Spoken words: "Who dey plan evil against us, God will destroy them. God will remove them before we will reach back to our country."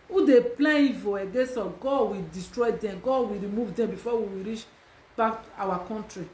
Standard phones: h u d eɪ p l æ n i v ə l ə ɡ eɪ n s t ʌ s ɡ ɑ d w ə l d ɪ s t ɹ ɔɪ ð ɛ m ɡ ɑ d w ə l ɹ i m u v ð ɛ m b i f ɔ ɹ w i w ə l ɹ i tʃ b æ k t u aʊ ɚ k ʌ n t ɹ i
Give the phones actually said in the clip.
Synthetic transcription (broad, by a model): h u d eɪ p l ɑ i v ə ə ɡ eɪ s ɔ ɡ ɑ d w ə d ɪ s t ɹ ɔɪ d ɛ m ɡ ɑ w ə ɹ i m u v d ɛ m b i f ɔ w i w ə ɹ i tʃ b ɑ k t u aʊ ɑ k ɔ n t ɹ i